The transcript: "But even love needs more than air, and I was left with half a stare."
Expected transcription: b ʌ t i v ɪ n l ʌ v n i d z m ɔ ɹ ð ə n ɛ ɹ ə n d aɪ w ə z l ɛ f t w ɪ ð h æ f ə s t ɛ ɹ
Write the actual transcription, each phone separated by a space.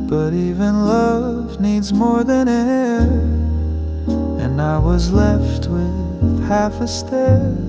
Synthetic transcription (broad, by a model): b ʌ t i v ɪ n l ʌ v n i d z m ɔ ɹ ð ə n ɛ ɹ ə n aɪ w ə z l ɛ f t w ɪ ð h æ f ə s t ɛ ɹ